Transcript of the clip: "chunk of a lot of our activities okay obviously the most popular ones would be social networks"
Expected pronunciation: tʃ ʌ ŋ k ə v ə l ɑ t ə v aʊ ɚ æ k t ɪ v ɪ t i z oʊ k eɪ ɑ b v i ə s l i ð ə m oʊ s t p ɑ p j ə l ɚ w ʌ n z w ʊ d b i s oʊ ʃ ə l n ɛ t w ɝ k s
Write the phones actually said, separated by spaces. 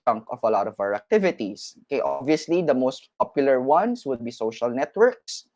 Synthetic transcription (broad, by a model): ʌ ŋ k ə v ə l ɑ t ə v aʊ ɚ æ k t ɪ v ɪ t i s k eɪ ɑ b v i ə s l i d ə m oʊ s t p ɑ p j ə l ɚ w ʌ n s w ʊ d b i s oʊ ʃ ə l n ɛ t w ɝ k s